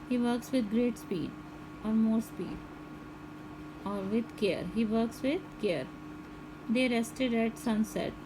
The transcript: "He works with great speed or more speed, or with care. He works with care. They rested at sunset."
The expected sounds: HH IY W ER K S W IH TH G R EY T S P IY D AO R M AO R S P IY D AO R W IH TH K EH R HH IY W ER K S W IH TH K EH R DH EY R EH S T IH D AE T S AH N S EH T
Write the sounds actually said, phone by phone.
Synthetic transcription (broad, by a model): HH IY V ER K S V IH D G R EY T S P IY D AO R M AO R S P IY D AO R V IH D K EH R HH IY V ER K S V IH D K EH R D EY R EH S T IH D AE T S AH N S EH T